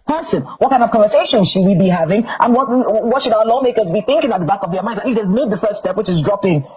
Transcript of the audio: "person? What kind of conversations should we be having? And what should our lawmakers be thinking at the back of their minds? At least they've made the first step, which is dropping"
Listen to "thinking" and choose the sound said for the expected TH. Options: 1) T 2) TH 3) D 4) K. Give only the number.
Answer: 2